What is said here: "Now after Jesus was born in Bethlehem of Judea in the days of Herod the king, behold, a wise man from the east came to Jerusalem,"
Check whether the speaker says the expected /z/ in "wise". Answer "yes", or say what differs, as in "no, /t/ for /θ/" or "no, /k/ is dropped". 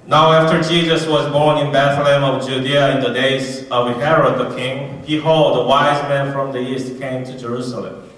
yes